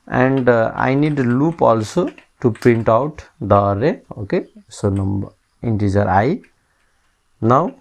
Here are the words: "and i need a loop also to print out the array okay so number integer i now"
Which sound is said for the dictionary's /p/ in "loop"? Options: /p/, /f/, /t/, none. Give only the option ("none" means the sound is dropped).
/p/